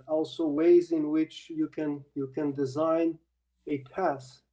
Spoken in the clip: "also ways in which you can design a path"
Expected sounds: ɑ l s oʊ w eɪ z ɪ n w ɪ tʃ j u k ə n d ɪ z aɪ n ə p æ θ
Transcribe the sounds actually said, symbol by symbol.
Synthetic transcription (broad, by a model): ɑ l s oʊ w eɪ z ɪ n w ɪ tʃ j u k ə n d ɪ z aɪ n ə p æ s